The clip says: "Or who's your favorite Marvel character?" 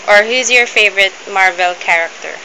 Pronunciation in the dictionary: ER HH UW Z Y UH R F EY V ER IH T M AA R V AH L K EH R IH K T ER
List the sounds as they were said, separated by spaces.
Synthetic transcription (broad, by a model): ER HH UW Z Y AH R F EY V ER IH T M AA R V AH L K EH R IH K T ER